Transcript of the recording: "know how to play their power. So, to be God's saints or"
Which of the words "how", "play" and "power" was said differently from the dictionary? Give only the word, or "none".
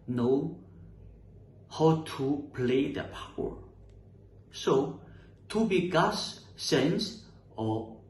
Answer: none